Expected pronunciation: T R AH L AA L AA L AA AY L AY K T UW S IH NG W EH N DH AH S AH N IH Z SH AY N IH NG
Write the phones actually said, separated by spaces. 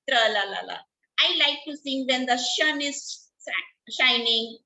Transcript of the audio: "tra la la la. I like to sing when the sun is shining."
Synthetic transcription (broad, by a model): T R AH L AA L AA L AA AY L AY K T UW S IH NG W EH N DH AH SH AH N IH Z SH AY N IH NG